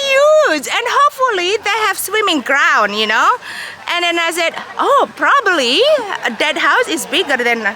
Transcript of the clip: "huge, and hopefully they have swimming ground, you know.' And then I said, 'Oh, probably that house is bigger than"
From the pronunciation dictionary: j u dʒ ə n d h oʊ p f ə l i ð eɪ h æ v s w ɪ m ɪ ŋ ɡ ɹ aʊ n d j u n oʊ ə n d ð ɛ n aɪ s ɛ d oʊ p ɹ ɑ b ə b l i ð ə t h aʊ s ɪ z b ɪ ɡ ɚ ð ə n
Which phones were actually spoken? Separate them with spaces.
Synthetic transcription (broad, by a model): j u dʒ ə n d h oʊ p f ə l i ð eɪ h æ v s w ɪ m ɪ ŋ ɡ ɹ aʊ n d j u n oʊ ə n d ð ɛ n aɪ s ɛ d oʊ p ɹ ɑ b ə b l i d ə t h aʊ s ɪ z b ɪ ɡ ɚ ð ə n